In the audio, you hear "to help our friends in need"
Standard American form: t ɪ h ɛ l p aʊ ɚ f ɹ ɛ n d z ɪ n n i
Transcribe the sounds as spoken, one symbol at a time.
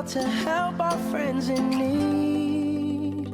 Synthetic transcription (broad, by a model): t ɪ h ɛ l p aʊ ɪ f ɹ ɛ n d z ɪ n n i